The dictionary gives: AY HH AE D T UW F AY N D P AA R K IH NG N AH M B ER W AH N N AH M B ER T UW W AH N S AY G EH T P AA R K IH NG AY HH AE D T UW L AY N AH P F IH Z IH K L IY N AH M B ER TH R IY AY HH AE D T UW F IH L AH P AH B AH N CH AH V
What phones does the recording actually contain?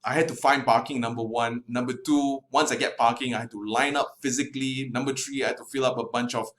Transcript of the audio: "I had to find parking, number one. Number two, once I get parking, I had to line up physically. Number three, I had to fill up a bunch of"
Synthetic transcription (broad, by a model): AY HH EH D T UW F AY N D P AA K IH NG N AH M B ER W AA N N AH M B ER T UW W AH N S AY G EH T P AA K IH NG AY HH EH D T UW L AY N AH P F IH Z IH K L IY N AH M B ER T R IY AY HH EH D T UW F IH L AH P AH B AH N CH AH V